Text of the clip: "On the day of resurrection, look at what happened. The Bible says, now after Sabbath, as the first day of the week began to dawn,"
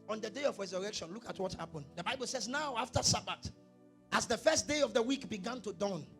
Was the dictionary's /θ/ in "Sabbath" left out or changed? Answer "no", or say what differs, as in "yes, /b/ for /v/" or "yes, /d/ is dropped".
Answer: yes, /t/ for /θ/